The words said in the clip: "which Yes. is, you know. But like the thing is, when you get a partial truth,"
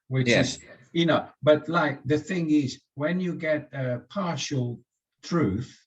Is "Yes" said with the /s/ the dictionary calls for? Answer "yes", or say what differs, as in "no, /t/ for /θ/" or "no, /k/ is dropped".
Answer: no, /s/ is dropped